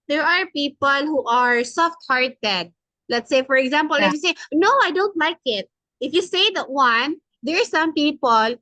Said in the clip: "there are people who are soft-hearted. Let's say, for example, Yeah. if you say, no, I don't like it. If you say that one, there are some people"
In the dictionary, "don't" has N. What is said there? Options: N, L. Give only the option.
N